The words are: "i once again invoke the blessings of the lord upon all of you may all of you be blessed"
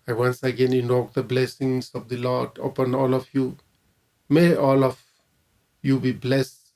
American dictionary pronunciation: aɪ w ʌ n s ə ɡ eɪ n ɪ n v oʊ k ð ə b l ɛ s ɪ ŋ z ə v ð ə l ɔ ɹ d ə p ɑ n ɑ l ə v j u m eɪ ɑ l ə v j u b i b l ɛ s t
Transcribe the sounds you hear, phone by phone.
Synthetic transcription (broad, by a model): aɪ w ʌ n s ə ɡ eɪ n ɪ n oʊ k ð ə b l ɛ s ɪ ŋ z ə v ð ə l ɔ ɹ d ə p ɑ n ɑ l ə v j u m eɪ ɑ l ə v j u b i b l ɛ s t